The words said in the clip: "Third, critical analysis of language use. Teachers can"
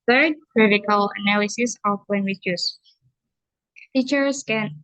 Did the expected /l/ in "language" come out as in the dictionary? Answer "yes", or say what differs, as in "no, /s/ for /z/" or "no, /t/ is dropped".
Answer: no, /w/ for /l/